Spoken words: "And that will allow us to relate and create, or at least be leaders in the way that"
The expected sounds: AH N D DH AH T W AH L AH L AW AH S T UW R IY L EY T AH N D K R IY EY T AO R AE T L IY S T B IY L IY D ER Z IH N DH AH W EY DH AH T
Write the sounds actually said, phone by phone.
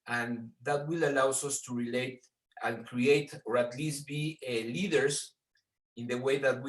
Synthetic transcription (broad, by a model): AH N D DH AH T W AH L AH L AW AH S T UW R IY L EY T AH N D K R IY EY T AO R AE T L IY S T B IY L IY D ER S IH N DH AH W EY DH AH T